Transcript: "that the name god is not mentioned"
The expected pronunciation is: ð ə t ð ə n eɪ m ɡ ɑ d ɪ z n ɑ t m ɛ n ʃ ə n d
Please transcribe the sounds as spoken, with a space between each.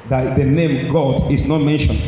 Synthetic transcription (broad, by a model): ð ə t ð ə n eɪ m ɡ ɑ d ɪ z n ɑ t m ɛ n ʃ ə n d